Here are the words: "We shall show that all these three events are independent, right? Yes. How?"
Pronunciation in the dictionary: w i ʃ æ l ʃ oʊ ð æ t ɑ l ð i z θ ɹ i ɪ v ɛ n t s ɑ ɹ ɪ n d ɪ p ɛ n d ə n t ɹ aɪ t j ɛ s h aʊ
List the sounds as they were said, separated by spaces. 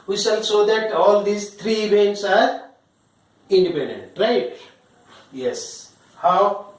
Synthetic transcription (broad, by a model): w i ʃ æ l s oʊ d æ t ɑ l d i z t ɹ i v ɛ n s ɑ ɹ ɪ n d ɪ p ɛ n d ə n t ɹ aɪ t j ɛ s h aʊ